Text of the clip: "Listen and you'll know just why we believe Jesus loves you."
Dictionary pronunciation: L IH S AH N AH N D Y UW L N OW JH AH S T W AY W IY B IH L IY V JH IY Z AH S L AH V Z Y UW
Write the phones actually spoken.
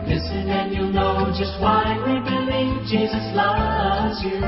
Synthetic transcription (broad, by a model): L IH S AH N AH N Y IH N OW JH AH S T W AY W IY B IH L IY V JH IY Z AH S L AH Z Y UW